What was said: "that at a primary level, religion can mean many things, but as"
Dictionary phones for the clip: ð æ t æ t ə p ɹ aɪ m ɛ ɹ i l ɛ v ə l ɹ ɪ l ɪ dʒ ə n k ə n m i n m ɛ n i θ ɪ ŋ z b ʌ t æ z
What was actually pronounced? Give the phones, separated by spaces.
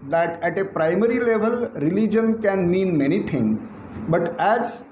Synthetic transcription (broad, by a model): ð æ t æ t ə p ɹ aɪ m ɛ ɹ i l ɛ v ə l ɹ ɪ l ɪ dʒ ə n k ə n m i n m ɛ n i t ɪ ŋ b ʌ t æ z